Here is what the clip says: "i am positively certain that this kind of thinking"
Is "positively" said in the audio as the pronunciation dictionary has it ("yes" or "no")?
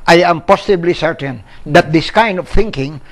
no